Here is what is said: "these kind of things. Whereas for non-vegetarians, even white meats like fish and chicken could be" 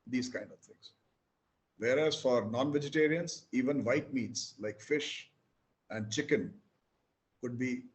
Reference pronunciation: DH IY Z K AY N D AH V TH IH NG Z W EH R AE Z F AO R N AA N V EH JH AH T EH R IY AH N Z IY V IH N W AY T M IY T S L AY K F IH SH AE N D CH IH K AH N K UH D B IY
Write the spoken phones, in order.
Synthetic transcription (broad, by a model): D IY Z K AY N D AH V T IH NG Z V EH R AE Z F AO R N AA N V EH JH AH T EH R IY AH N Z IY V IH N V AY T M IY T S L AY K F IH SH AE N D CH IH K AH N K UH D B IY